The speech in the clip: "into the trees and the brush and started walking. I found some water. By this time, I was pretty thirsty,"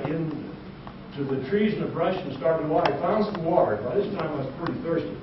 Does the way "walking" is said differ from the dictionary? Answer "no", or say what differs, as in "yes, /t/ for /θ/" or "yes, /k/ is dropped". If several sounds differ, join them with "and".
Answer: yes, /k/ is dropped